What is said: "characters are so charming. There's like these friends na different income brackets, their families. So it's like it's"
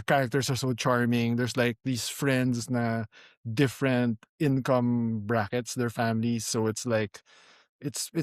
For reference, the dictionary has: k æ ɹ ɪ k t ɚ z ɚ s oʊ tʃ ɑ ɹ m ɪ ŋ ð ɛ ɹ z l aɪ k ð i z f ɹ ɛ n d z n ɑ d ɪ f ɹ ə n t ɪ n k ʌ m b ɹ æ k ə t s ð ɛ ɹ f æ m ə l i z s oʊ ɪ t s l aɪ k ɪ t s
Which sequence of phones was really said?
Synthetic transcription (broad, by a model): k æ ɹ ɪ k t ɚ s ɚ s oʊ tʃ ɑ ɹ m ɪ ŋ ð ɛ ɹ s l aɪ k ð i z f ɹ ɛ n d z n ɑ d ɪ f ɹ ə n t ɪ n k ʌ m b ɹ æ k ə t s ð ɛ ɹ f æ m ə l i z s oʊ ɪ t s l aɪ k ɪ t s